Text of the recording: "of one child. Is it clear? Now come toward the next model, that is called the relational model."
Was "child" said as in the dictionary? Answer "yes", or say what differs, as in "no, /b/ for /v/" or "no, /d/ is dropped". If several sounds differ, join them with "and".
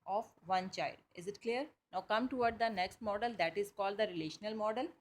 yes